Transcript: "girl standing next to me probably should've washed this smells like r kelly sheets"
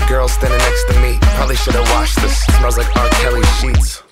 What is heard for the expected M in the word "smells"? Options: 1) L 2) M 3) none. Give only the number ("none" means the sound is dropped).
3